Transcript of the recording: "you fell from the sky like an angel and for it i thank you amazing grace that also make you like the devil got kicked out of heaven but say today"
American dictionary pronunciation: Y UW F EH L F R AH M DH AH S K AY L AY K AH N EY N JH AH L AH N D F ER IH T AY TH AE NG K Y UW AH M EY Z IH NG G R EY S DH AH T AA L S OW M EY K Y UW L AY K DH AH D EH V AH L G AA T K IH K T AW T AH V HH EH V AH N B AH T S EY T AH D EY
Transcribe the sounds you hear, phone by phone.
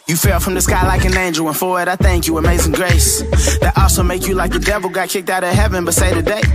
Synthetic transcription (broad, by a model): Y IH F EH L F R AH M DH AH S K AY L AY K AH N EY N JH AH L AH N F ER IH T AY TH AE NG K Y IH AH M EY Z IH NG G R EY S DH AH T AA L S OW M EY K Y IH L AY K DH AH D EH V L G AA T K IH K T AW T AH HH EH V AH N B AH T S EY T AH D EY